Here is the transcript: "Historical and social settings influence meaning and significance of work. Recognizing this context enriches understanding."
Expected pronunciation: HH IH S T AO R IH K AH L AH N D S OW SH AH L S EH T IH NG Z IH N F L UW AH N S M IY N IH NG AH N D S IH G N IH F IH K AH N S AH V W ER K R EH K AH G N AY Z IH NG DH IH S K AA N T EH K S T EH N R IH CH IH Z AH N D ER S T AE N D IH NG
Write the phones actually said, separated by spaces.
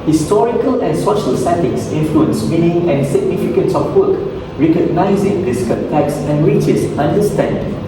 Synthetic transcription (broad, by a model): HH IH S T AO R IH K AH L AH N S OW SH AH L S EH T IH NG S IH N F L UW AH N S M IY N IH NG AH N S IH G N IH F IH K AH N S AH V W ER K R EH K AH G N AY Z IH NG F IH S K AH L T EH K S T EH N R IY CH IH S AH N D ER S T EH N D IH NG